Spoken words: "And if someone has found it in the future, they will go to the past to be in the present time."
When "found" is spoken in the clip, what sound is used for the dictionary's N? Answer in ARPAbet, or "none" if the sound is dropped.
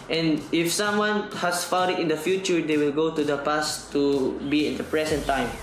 none